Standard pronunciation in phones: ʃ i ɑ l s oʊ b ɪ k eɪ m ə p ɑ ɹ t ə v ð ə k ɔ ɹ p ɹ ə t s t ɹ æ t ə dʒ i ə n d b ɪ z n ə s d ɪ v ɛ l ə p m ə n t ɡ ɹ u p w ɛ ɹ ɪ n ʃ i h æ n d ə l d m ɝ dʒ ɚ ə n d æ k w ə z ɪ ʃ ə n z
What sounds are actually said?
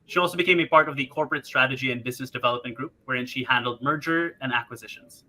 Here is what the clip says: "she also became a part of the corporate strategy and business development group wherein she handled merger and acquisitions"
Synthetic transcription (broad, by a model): ʃ i ɑ l s oʊ b ɪ k eɪ m ə p ɑ ɹ t ə v ð ə k ɔ ɹ p ɹ ə t s t ɹ æ t ə dʒ i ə n b ɪ z n ə s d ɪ v ɛ l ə p m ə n ɡ ɹ u p w ɛ ɹ ɪ n ʃ i h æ n d l d m ɝ dʒ ɚ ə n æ k w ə z ɪ ʃ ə n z